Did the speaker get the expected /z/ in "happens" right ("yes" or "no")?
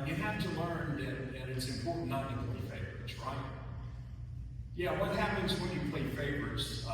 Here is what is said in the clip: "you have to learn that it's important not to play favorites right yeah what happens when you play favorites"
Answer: yes